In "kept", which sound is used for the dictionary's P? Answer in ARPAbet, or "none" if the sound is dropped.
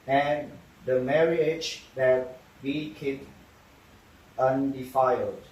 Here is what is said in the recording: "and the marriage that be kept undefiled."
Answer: none